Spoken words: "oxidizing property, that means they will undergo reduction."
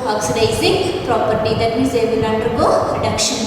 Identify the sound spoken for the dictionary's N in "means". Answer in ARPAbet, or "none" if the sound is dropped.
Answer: none